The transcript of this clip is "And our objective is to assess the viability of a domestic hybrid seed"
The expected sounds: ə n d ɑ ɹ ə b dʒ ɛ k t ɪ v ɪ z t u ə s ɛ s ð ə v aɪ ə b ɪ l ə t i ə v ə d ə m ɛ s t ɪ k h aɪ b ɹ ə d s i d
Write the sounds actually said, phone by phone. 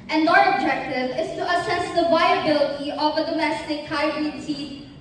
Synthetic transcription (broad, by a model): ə n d ɑ ɹ ə b dʒ ɛ k t ɪ v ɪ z t u ə s ɛ s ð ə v aɪ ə b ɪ l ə t i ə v ə d ə m ɛ s t ɪ k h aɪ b ə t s i